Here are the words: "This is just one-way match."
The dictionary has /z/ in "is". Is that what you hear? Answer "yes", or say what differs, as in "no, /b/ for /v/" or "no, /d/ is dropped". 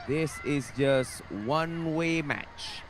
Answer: yes